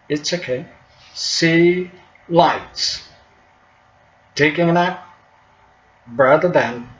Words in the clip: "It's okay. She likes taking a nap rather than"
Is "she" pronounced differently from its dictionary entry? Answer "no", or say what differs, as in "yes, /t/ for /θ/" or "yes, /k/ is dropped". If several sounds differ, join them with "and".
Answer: yes, /s/ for /ʃ/